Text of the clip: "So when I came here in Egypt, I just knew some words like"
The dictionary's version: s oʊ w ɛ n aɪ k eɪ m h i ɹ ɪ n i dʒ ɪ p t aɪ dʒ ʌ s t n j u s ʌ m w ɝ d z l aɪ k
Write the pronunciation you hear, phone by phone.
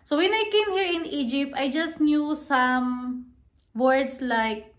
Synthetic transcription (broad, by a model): s oʊ w ɛ n aɪ k eɪ m h i ɹ ɪ n i dʒ ɪ p t aɪ dʒ ʌ s t n j u s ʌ m w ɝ d s l aɪ k